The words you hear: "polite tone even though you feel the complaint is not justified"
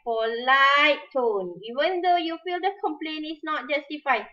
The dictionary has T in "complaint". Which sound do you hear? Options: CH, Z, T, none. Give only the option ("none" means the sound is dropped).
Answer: none